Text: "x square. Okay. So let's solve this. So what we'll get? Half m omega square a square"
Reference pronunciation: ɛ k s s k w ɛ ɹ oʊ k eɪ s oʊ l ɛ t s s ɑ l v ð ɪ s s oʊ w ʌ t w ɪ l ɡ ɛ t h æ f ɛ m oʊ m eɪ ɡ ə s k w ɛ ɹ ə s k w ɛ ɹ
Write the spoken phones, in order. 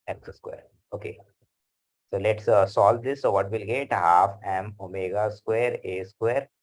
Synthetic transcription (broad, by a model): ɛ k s s k w ɛ ɹ oʊ k eɪ s oʊ l ɛ t s s ɑ l v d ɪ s s oʊ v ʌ t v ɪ l ɡ ɛ t h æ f ɛ m oʊ m eɪ ɡ ə s k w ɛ ɹ ə s k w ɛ ɹ